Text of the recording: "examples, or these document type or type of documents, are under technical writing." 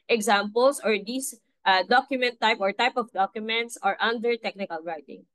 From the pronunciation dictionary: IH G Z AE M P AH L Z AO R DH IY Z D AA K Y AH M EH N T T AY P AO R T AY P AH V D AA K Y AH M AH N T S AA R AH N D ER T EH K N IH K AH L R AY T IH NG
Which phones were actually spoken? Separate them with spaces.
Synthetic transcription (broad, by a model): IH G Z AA M P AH L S AO R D IY S D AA K Y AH M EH N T T AY P AO R T AY P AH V D AA K Y AH M AH N T S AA R AH N D ER T EH K N IH K AH L R AY T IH NG